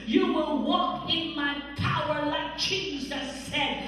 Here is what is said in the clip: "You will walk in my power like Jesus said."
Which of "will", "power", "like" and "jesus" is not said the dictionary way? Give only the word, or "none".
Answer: jesus